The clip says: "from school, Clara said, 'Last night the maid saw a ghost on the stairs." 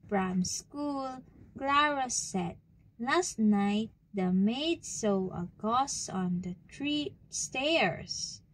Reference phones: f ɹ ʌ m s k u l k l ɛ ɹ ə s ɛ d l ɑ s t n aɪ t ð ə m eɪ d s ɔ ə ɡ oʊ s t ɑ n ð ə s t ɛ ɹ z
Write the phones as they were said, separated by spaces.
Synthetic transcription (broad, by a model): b ɹ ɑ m s k u l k l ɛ ɹ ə s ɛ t l ɑ s t n aɪ t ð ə m eɪ d s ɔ ə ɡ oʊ s ɑ n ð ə s t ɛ ɹ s